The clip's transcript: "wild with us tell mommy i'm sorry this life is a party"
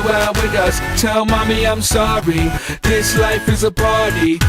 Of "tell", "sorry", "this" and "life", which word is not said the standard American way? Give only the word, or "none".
none